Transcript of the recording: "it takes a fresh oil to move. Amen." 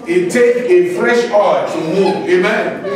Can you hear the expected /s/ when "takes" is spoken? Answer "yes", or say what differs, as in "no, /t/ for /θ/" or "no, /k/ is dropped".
no, /s/ is dropped